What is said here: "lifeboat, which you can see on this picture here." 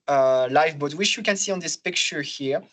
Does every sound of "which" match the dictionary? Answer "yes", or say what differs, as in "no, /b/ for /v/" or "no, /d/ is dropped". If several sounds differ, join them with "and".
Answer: no, /ʃ/ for /tʃ/